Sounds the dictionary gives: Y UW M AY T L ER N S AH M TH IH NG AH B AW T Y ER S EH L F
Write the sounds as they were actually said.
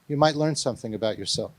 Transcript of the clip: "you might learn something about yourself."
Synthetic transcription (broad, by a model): Y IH M AY T L ER N S AH M TH IH NG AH B AW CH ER S EH L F